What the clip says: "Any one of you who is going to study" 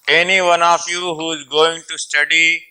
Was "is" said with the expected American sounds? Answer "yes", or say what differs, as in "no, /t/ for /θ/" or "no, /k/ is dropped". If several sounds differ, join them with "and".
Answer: yes